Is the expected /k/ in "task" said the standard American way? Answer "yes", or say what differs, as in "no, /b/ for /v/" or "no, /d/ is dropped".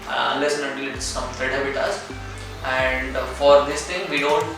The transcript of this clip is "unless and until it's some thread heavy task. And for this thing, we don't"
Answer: no, /k/ is dropped